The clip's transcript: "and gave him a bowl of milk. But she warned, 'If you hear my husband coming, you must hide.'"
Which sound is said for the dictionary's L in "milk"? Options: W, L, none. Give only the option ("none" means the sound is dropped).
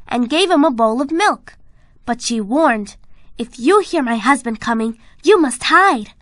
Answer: L